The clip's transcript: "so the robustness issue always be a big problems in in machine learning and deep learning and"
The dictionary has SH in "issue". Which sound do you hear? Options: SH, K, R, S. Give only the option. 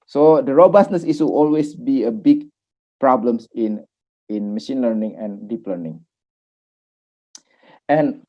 S